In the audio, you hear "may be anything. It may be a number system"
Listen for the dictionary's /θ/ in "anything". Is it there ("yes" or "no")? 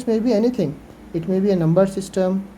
no